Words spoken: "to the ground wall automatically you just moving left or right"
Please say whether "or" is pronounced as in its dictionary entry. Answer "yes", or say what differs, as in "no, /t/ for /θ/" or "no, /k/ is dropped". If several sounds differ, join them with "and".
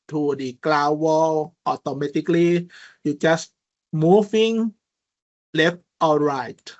no, /l/ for /ɹ/